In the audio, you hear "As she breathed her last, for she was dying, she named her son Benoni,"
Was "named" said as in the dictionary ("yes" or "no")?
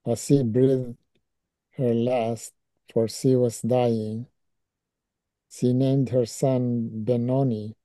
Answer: yes